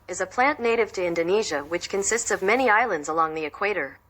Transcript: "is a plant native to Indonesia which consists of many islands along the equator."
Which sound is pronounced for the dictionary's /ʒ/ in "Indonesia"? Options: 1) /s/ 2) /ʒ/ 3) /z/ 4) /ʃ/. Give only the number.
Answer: 2